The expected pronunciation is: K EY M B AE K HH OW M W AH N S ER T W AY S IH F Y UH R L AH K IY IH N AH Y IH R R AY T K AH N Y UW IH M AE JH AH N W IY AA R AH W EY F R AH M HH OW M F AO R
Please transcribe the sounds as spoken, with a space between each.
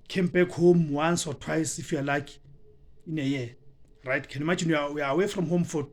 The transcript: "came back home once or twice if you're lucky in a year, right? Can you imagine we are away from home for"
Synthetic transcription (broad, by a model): K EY M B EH K HH OW M W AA N S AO T W AY S IH F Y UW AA L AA K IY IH N AH Y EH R R AY T K AH N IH M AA JH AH N W IY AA W AH W EY F R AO M HH OW M F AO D